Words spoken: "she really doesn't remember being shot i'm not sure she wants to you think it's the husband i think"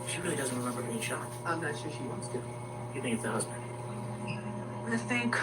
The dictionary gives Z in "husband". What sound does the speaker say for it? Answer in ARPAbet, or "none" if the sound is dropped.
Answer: Z